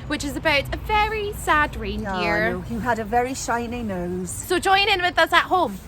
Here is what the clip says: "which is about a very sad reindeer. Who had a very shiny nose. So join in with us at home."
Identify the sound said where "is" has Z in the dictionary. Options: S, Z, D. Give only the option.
Z